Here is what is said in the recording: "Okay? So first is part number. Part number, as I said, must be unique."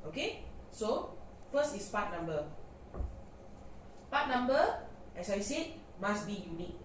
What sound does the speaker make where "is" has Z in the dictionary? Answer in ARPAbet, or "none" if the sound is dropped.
S